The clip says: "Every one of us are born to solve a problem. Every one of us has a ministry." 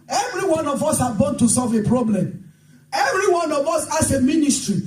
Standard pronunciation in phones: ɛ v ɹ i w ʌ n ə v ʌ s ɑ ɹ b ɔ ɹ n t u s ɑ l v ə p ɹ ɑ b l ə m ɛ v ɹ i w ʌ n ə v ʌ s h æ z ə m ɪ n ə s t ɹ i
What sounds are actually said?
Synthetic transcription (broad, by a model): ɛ v ɹ i w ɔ n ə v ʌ s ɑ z b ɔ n t u s ɑ l v ə p ɹ ɑ b l ə m ɛ v ɹ i w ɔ n ə v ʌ s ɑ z ə m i n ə s t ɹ i